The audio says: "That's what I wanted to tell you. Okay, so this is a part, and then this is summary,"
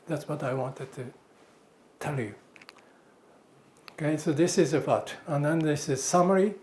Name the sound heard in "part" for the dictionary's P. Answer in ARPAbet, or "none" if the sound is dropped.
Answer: F